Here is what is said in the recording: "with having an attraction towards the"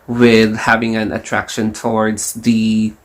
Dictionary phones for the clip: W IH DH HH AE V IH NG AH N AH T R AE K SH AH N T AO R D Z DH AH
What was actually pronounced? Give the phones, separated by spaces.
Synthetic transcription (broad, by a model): W IH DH HH AE V IH NG AH N AH T R AE K SH AH N T AO R D Z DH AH